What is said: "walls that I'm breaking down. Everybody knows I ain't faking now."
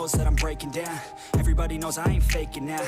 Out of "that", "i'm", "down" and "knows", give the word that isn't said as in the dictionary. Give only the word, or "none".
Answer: none